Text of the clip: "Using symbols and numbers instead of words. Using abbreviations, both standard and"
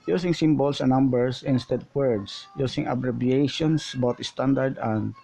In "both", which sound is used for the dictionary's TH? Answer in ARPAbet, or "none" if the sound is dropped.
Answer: T